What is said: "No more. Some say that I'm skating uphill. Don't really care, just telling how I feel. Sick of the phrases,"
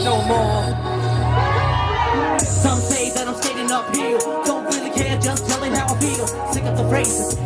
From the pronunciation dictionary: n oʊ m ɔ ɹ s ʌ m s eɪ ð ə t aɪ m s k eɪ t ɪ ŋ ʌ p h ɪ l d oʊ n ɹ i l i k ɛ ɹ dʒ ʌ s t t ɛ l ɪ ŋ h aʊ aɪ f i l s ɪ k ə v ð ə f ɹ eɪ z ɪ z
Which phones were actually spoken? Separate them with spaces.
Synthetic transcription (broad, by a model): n oʊ m ɔ ɹ s ʌ m s eɪ ð ə t aɪ m s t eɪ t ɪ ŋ ʌ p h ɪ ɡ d oʊ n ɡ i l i k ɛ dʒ ʌ s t t ɛ l ɪ ŋ h aʊ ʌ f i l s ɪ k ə p ð ə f ɹ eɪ ɪ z